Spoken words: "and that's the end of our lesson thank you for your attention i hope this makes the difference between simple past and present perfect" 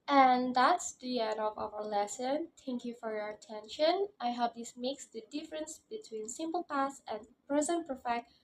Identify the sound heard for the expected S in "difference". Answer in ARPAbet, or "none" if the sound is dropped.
S